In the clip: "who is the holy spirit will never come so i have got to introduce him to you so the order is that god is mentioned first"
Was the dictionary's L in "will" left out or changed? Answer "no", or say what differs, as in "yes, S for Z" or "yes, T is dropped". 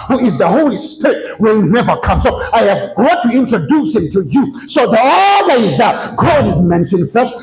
yes, N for L